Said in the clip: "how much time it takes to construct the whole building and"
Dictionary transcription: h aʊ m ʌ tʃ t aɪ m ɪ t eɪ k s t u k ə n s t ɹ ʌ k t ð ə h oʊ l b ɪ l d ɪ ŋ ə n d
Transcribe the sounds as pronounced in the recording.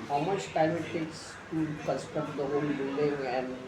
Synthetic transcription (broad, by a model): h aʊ m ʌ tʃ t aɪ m ɪ t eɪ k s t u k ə s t ʌ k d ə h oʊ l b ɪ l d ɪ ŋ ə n d